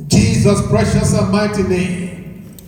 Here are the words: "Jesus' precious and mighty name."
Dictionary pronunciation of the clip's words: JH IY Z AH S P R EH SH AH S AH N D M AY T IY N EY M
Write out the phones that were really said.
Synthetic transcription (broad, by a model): JH IY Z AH S B R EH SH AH S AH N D M AY T IY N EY M